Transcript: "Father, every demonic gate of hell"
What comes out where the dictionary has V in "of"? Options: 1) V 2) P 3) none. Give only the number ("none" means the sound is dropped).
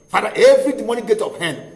2